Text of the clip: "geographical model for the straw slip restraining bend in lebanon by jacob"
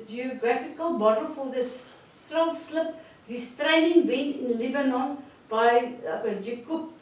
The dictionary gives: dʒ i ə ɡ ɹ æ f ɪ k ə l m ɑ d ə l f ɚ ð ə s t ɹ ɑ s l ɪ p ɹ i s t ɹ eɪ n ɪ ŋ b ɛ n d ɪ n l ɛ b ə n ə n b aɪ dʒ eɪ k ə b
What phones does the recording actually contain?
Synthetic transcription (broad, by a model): dʒ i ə ɡ ɹ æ f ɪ k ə l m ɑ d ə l f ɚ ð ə s s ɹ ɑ s l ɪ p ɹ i s t ɹ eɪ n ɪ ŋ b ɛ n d ɪ n l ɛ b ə n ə n b aɪ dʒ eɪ k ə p